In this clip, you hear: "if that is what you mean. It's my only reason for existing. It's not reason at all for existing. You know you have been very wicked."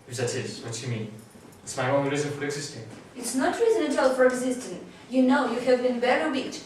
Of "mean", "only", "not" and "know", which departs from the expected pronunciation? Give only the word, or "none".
only